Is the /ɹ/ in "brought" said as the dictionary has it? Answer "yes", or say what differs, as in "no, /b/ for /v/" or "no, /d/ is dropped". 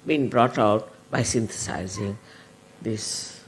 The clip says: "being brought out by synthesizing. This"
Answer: yes